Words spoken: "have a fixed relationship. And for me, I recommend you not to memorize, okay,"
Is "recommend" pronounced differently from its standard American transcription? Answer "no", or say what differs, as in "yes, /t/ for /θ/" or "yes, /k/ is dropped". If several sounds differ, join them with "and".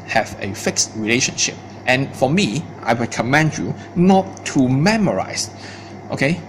yes, /w/ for /ɹ/